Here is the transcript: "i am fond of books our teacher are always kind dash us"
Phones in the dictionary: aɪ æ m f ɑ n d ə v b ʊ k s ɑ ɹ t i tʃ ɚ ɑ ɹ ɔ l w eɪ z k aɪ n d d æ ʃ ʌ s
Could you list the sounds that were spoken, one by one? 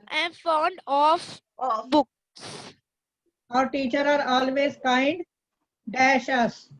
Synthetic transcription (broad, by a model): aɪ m f ɑ n d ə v b ʊ k s ɑ ɹ t i tʃ ɚ ɑ ɹ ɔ l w eɪ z k aɪ n d d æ ʃ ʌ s